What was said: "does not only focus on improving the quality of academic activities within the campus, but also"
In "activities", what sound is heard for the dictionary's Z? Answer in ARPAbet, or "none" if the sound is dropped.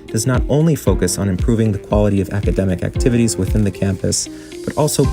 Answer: Z